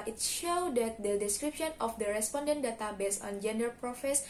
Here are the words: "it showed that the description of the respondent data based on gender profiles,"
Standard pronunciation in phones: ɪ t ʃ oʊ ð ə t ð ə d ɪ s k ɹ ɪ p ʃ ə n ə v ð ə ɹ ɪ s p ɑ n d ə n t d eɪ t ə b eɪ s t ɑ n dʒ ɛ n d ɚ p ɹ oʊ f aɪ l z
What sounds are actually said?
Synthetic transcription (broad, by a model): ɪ t ʃ oʊ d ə t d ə d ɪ s k ɹ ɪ p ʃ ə n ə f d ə ɹ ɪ s p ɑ n d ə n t d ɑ t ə b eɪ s ɑ n dʒ ɛ n d ɚ p ɹ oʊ f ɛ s